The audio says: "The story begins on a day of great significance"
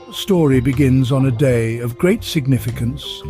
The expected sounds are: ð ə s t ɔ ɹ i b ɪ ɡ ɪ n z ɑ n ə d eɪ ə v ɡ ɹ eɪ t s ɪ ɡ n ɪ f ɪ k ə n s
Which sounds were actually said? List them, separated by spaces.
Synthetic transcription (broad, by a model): s t ɔ ɹ i b ɪ ɡ ɪ n z n ə d eɪ ə v ɡ ɹ eɪ t s ɪ ɡ n ɪ f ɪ k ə n s